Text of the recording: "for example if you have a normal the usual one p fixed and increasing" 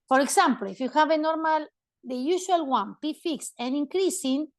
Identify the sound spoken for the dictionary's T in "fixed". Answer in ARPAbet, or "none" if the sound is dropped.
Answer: none